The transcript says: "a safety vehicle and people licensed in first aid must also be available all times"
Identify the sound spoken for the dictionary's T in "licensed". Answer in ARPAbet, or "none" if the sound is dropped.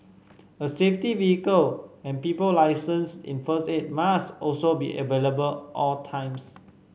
none